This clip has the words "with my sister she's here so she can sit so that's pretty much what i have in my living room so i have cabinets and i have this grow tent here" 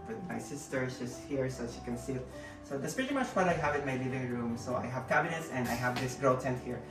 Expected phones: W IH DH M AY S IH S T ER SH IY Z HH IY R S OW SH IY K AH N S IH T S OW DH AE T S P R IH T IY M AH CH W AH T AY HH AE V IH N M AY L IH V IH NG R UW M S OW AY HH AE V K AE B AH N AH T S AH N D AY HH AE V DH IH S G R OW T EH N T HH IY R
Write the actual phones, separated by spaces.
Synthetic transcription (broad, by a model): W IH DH M AY S IH S T ER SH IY S HH IY R S OW SH IY K AH N S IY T S OW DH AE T S P R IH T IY M AH CH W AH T AY HH AE V IH N M AY L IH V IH NG R UW M S OW AY HH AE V K AE B AH N AH T S AH N D AY HH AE V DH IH S G R OW T EH N T HH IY R